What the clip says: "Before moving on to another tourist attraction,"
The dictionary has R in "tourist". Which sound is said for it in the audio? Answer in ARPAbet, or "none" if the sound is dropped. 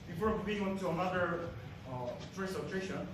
none